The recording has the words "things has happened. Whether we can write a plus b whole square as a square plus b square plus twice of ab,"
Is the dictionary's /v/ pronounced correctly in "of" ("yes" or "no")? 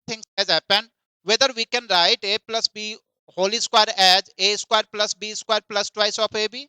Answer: no